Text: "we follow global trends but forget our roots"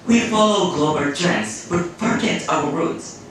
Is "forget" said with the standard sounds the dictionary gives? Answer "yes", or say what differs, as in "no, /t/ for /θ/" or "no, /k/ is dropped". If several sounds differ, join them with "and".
no, /p/ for /f/